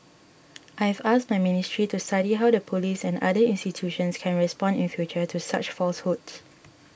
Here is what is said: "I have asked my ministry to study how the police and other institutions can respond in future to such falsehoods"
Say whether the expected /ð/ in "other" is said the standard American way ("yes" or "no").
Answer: no